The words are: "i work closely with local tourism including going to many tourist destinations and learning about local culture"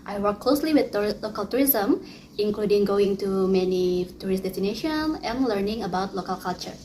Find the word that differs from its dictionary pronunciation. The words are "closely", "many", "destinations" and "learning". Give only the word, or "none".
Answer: destinations